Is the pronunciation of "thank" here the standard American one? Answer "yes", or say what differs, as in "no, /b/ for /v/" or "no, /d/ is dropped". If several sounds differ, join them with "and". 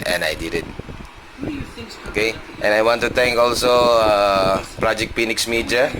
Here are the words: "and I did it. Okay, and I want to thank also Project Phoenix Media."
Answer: no, /t/ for /θ/